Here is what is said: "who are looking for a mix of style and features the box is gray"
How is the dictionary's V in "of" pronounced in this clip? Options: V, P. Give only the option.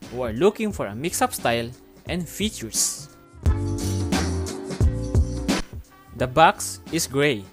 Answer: P